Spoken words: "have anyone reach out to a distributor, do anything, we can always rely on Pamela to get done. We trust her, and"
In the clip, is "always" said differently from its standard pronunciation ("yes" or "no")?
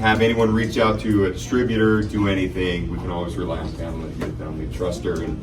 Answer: no